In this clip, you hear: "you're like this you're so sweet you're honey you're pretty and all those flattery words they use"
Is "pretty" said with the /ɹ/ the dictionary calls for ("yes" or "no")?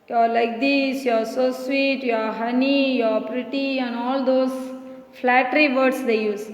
yes